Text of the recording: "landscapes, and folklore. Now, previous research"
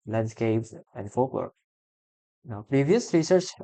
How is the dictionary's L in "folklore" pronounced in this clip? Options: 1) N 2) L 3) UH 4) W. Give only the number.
4